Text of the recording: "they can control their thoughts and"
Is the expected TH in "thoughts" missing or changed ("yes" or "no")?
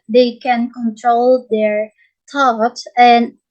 yes